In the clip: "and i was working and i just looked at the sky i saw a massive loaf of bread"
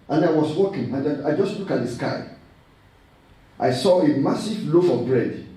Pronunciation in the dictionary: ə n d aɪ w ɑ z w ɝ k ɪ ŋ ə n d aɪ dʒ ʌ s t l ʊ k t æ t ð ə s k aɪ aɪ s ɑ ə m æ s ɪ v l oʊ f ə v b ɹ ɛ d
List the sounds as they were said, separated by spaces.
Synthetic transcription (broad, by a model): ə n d aɪ w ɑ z w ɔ k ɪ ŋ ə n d aɪ dʒ ʌ s t l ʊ k ɑ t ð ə s k aɪ aɪ s ɑ ə m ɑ s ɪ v l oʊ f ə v b ɹ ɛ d